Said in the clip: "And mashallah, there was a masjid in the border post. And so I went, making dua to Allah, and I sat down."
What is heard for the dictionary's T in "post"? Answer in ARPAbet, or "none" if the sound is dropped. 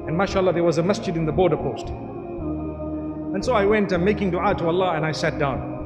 T